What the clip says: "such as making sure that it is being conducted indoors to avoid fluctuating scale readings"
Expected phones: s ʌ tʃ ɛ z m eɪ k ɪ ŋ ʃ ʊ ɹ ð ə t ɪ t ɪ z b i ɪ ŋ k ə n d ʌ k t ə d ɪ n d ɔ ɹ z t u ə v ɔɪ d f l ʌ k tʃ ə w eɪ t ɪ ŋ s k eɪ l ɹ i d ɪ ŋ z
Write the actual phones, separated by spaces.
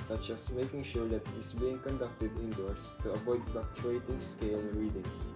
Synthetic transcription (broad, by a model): s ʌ tʃ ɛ s m eɪ k ɪ ŋ ʃ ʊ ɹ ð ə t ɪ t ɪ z b i ɪ ŋ k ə n d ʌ k t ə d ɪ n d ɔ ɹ s t u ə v ɔɪ d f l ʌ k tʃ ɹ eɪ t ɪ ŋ s k eɪ l ɹ i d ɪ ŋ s